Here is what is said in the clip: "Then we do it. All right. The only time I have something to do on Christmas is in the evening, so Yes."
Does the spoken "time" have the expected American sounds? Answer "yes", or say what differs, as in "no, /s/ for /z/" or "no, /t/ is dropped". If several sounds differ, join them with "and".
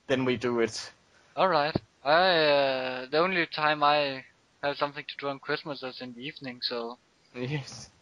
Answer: yes